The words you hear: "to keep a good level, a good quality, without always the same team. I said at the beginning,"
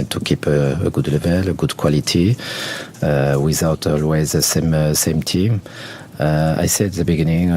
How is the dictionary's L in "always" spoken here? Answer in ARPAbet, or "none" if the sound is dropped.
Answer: L